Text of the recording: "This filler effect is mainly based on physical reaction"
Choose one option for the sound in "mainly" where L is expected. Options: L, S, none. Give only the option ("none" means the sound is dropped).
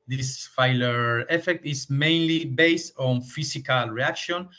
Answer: L